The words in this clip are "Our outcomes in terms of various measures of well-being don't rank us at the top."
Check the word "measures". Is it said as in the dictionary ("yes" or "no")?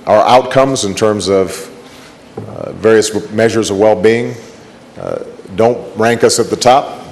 yes